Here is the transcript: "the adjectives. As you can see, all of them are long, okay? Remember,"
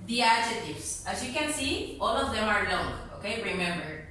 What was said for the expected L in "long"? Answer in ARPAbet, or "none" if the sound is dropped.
N